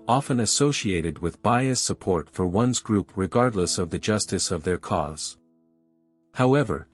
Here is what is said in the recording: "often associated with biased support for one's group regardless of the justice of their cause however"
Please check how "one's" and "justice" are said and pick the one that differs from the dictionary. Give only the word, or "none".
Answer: none